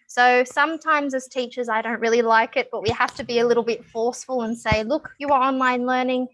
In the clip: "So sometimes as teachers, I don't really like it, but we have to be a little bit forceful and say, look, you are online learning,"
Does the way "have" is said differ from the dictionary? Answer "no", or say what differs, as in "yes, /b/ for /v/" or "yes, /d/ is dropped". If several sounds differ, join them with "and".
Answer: yes, /f/ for /v/